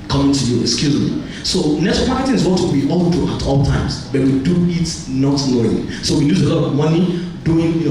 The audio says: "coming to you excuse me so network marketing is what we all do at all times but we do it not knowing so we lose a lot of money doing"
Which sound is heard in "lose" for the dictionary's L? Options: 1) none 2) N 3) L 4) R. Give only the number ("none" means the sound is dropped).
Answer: 2